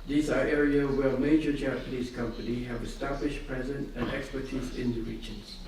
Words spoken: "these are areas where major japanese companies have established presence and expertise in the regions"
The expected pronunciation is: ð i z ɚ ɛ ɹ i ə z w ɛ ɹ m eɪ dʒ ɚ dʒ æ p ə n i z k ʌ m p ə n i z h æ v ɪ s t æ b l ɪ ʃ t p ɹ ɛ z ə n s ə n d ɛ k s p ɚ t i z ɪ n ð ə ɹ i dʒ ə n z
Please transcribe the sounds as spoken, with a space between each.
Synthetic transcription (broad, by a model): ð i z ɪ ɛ ɹ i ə w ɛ l m eɪ dʒ ɚ dʒ æ p ə n i z k ʌ m p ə n i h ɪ v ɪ s t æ b l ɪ ʃ p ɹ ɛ z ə n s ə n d ɛ k s p ɚ t i z ɪ n ð ə ɹ i dʒ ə n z